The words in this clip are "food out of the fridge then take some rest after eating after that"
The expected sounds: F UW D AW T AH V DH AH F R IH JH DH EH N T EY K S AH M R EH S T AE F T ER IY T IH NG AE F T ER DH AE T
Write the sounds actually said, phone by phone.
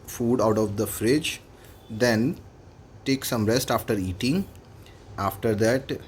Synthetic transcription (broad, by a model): F UW D AW T AH V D AH F R IH JH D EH N T EY K S AH M R EH S T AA F T ER IY T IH NG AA F T ER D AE T